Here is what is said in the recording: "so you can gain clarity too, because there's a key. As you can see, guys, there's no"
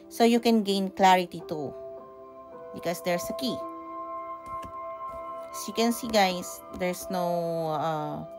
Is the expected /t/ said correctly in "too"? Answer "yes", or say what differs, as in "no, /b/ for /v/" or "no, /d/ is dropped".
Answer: yes